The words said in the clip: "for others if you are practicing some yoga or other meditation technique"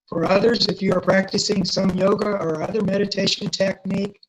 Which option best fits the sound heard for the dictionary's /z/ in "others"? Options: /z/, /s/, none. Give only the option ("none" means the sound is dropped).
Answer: /z/